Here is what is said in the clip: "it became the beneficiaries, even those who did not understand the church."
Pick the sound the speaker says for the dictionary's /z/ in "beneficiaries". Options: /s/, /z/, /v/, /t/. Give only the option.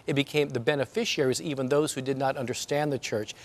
/z/